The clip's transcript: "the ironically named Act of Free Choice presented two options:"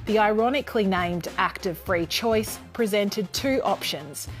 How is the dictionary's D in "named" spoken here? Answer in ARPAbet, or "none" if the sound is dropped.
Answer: D